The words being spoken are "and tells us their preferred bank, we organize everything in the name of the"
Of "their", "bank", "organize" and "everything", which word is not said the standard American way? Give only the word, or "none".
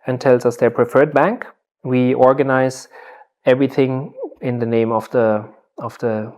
none